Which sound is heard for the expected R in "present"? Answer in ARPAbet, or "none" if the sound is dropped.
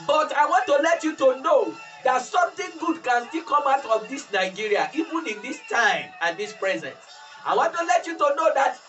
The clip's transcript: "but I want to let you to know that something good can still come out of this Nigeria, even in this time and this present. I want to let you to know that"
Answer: R